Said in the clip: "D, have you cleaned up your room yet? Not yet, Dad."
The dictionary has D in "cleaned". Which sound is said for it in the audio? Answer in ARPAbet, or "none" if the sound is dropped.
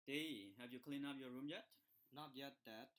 none